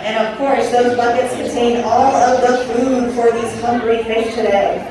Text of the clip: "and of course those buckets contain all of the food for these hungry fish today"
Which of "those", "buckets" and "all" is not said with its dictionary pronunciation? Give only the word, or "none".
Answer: none